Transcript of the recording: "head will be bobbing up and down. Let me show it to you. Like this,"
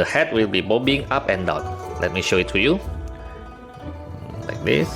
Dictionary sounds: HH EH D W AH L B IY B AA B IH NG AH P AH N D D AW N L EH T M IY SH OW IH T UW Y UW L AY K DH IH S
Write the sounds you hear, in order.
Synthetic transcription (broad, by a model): HH EH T W AH L B IY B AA B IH NG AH P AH N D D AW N L EH T M IY SH OW IH T UW Y UW L AY K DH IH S